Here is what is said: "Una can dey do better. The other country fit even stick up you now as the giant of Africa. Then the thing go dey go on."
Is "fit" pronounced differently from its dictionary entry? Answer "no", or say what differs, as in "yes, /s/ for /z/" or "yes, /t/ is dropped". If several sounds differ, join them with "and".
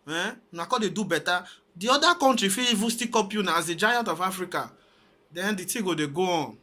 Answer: yes, /t/ is dropped